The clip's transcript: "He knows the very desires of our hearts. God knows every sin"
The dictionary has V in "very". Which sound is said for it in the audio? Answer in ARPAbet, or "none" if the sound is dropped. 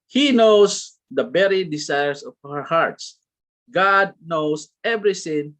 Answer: B